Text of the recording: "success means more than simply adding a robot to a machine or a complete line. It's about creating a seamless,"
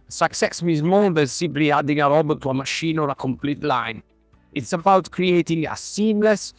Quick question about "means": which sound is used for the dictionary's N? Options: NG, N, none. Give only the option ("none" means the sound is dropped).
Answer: none